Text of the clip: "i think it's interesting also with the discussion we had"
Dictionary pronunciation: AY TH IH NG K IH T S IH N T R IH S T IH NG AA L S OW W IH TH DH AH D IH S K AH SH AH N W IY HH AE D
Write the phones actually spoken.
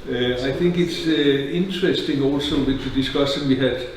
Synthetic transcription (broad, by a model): AY TH IH NG K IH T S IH N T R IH S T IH NG AA L S OW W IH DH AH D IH S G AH S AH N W IY HH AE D